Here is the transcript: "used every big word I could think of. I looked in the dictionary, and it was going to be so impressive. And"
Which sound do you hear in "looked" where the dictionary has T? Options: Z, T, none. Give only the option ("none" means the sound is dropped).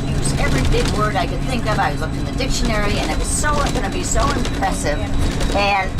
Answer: none